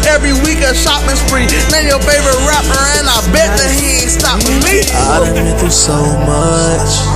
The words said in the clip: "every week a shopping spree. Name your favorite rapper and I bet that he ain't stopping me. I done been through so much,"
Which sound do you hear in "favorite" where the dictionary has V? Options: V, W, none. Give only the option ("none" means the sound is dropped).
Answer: V